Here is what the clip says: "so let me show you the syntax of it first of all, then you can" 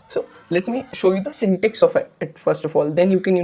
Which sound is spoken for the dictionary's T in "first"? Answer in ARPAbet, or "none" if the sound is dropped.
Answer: T